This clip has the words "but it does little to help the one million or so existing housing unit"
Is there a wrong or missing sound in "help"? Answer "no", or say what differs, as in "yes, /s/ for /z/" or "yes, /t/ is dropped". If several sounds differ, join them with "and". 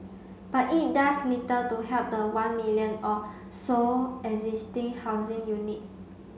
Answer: yes, /l/ is dropped